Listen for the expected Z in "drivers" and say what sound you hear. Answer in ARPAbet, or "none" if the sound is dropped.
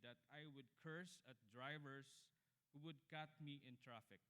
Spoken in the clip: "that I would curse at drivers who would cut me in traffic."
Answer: S